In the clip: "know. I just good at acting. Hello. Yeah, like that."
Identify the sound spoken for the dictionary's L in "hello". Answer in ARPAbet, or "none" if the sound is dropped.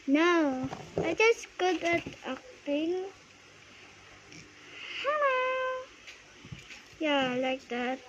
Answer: none